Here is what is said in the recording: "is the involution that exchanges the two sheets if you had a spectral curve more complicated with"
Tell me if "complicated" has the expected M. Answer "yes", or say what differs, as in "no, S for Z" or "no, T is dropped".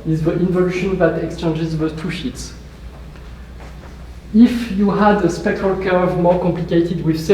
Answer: yes